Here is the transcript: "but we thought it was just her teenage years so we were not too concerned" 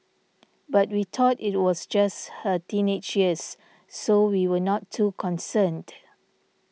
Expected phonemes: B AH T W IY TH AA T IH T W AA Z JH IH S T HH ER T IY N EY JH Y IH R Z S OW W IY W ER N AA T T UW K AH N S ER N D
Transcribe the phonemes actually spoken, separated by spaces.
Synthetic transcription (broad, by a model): B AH T W IY T AA T IH T W AA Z JH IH S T HH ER T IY N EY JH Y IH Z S OW W IY W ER N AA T T UW K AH N S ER N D